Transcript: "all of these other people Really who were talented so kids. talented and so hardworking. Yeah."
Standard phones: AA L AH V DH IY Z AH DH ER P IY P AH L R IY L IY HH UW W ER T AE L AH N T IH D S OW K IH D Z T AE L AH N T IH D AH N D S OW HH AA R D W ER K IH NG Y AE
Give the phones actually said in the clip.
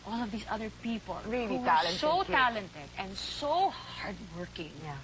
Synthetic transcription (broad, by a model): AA L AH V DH IY S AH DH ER P IY P AH L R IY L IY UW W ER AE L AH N S OW T AE L AH N T IH D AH N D S OW HH AA R D W ER K IH NG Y